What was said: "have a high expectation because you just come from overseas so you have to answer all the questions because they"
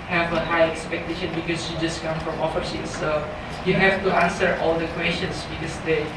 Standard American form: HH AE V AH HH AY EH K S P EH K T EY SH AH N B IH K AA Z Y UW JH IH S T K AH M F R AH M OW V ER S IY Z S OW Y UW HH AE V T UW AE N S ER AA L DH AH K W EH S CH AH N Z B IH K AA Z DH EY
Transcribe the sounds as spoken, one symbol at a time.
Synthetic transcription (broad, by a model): HH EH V AH HH AY EH K S P EH K T EY SH AH N B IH K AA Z Y UW JH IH S K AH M F R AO M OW F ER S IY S OW Y UW HH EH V T UW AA N S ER AA L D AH K W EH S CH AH N S B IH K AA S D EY